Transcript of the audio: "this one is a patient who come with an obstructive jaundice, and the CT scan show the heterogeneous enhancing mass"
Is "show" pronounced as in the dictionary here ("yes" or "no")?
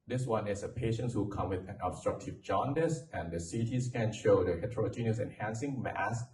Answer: yes